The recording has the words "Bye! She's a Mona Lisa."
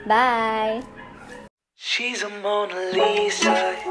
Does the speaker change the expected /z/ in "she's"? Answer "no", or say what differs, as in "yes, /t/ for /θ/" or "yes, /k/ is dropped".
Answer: no